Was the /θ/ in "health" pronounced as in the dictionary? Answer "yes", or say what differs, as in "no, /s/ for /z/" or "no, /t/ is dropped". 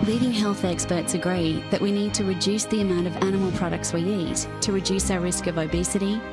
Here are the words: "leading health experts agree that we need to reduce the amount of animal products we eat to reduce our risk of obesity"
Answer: yes